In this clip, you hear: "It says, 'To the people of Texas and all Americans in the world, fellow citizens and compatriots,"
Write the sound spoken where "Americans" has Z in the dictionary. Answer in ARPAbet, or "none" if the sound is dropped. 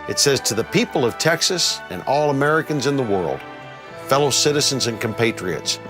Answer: Z